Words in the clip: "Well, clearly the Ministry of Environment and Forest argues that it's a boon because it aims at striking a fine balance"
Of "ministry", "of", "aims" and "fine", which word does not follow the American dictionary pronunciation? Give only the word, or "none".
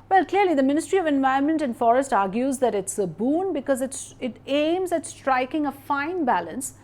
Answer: none